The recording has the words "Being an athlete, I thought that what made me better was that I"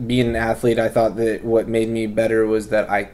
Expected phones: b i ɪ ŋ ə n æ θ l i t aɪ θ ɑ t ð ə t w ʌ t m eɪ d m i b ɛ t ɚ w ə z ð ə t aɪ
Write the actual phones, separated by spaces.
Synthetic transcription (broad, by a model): b i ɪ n ə n æ θ l i t aɪ θ ɑ t ð ə t w ʌ t m eɪ d m i b ɛ t ɚ w ə z ð ə t aɪ